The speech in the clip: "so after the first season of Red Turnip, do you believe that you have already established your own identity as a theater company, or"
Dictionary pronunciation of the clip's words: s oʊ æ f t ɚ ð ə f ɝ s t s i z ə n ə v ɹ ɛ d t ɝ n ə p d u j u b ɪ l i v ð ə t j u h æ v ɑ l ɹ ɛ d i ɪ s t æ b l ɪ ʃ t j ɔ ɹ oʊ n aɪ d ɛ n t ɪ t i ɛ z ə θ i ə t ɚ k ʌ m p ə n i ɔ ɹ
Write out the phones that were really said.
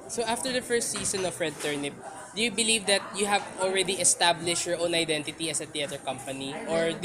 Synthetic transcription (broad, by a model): s oʊ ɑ f t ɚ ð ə f ɝ s t s i s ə n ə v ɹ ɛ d t ɝ n ə p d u j u b ɪ l i v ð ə t j u h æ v ɑ l ɹ ɛ d i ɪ s t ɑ b l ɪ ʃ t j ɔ ɹ oʊ n aɪ d ɛ n t ɪ t i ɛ s ə t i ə t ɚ k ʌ m p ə n i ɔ ɹ